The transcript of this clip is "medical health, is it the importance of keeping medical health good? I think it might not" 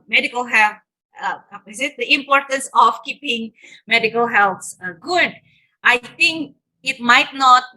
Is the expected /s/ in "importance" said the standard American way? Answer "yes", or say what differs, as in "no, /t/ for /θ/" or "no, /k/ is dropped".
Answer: yes